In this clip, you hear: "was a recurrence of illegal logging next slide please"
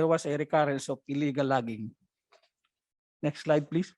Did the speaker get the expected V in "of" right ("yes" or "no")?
no